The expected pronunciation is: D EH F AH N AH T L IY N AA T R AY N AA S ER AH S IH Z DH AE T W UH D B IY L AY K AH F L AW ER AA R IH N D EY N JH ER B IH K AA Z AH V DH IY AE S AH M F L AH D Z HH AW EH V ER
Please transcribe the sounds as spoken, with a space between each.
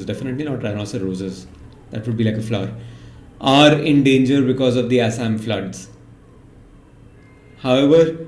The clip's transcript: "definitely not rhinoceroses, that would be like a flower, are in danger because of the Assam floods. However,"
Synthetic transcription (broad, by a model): D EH F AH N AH T L IY N AA T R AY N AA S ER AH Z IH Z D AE T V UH D B IY L AY K AH F L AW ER AA R IH N D EY N JH ER B IH K AA Z AH V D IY AE S AH M F L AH D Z HH AW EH V ER